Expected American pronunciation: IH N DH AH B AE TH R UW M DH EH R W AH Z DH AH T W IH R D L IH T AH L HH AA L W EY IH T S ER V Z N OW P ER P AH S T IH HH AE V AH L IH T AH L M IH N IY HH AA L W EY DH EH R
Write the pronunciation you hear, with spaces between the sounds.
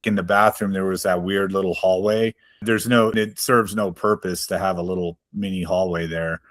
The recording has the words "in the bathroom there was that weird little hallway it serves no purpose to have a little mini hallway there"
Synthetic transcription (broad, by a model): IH N DH AH B AE TH R UW M DH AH R W AH Z DH AH T W IH R D L IH T L HH AA L W EY IH T S ER V Z N OW P ER P AH S T IH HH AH V AH L IH T L M IH N IY HH AA L W EY DH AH R